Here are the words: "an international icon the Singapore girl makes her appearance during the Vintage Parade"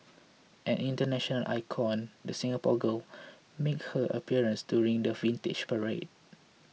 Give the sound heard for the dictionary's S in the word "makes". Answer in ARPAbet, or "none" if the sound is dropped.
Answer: none